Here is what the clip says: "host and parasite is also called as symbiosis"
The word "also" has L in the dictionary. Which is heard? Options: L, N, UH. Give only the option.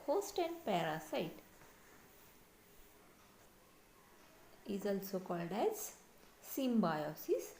L